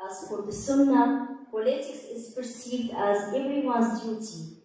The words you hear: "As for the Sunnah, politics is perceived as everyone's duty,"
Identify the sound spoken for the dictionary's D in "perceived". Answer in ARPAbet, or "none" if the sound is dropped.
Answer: D